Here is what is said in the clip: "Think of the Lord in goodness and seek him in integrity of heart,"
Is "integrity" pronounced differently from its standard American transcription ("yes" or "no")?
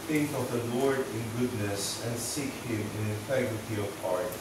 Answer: yes